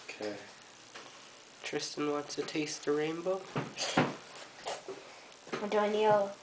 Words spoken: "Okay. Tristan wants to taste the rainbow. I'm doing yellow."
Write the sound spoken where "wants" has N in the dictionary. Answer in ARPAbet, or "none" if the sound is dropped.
none